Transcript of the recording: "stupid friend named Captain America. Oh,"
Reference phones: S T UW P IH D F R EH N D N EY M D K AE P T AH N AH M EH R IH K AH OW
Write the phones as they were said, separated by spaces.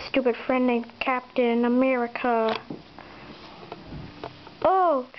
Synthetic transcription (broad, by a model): S T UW P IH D F R EH N D L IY K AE P T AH N AH M EH R IH K AH OW